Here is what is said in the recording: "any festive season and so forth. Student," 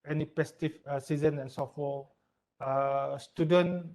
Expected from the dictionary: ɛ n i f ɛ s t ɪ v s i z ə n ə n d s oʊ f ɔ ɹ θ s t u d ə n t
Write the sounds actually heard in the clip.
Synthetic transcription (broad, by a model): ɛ n i p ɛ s t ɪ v s i z ə n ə n s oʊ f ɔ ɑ s t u d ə n